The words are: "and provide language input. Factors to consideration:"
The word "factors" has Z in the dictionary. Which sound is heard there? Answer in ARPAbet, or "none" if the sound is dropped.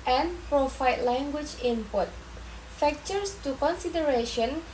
S